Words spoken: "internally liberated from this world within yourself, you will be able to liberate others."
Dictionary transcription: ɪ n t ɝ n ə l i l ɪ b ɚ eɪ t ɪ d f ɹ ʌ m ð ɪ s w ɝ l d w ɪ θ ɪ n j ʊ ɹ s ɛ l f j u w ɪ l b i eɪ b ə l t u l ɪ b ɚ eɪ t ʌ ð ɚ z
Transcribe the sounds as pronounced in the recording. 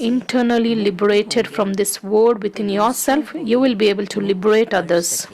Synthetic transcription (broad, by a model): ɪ n t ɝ n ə l i l ɪ b ɚ eɪ t ɪ d f ɹ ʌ m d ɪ s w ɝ d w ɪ t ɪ n j ʊ ɹ s ɛ l f j u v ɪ l b i eɪ b ə l t u l ɪ b ɚ eɪ t ʌ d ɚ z